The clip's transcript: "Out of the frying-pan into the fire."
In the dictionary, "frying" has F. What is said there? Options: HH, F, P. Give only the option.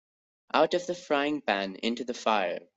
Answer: F